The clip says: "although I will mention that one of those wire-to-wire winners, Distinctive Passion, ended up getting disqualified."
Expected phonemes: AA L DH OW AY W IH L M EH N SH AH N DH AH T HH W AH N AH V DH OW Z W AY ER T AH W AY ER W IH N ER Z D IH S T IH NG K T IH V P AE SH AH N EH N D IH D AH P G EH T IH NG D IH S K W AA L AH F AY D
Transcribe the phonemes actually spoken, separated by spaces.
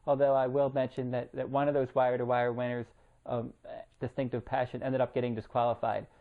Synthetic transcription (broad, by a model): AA L DH OW AY W IH L M EH N SH AH N DH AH T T W AH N AH V DH OW Z W AY ER T AH W AY ER W IH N ER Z D IH S T IH NG K T IH V P AE SH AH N EH N D IH D AH P G EH T IH NG D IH S K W AA L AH F AY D